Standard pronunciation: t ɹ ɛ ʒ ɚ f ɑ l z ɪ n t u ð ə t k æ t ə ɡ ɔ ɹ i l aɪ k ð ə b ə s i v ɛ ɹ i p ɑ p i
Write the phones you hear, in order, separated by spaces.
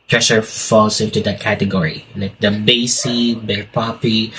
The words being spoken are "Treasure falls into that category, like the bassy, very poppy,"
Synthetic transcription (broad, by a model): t ɹ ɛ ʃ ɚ f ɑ l s ɪ n t u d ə t k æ t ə ɡ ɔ ɹ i l aɪ k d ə b ə s i b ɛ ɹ p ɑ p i